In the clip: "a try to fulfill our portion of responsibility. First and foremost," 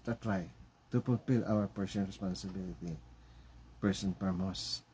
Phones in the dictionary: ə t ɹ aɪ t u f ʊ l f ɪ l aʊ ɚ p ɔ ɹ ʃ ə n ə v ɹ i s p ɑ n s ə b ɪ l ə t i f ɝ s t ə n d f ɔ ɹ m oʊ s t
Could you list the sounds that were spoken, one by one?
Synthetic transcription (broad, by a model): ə t ɹ aɪ t u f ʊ l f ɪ l aʊ ɚ p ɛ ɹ s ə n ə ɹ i s p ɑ n s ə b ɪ l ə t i p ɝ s ə n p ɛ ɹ m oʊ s